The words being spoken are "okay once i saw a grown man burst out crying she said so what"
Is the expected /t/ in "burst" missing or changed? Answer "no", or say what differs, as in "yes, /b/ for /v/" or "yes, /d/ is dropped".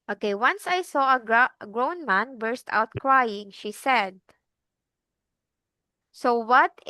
no